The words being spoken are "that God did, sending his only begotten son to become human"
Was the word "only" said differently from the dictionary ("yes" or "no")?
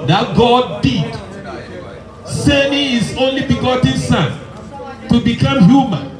no